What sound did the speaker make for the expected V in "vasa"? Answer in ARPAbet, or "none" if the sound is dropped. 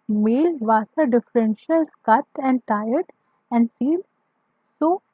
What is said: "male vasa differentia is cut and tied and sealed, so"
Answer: V